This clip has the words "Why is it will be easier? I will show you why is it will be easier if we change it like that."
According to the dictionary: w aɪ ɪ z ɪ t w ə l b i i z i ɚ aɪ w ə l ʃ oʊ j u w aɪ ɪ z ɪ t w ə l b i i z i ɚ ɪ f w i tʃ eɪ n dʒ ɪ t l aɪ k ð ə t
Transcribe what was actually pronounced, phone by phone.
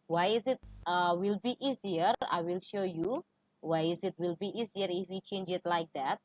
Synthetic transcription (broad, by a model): w aɪ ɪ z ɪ t w ə l b i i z i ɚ aɪ w ə l ʃ oʊ j u w aɪ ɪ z ɪ t w ə l b i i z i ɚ ɪ f w i tʃ eɪ n dʒ ɪ t l aɪ k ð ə t